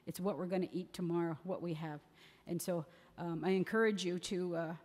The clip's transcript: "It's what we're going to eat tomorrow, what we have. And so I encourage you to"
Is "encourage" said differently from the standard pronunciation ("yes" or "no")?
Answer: no